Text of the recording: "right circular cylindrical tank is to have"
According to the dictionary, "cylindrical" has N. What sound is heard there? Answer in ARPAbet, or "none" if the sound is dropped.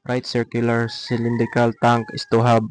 N